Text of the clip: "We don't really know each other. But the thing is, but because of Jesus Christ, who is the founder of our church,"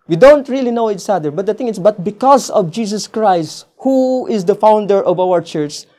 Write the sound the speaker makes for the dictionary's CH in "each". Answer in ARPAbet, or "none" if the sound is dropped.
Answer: S